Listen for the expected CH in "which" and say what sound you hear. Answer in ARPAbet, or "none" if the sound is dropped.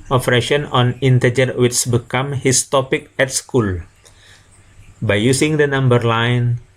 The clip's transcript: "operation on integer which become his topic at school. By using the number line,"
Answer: S